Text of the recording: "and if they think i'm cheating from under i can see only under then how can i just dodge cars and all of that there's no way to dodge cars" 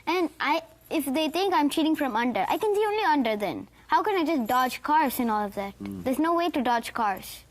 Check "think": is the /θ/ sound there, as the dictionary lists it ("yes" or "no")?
no